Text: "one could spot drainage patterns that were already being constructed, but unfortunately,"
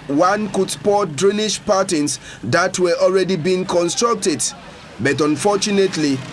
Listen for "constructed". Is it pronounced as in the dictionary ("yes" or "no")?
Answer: yes